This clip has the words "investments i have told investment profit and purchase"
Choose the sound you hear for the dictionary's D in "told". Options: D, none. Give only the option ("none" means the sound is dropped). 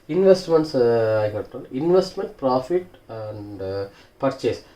none